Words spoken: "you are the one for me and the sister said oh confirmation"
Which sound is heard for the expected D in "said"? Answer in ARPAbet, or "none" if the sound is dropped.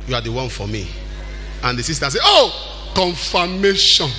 none